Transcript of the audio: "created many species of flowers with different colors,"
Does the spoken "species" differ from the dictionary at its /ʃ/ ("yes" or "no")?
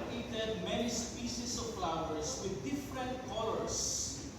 yes